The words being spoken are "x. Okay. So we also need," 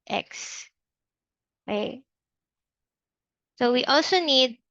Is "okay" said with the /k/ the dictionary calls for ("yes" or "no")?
no